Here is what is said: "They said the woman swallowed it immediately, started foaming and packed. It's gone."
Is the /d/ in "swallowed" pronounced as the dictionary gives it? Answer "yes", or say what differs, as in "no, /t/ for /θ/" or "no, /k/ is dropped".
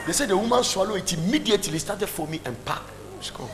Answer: no, /d/ is dropped